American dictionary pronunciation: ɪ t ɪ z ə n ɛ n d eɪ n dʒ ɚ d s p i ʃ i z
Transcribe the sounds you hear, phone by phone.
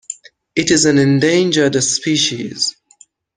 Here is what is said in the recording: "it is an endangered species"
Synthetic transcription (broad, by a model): ɪ t ɪ z ə n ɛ n d eɪ n dʒ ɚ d s p i ʃ i z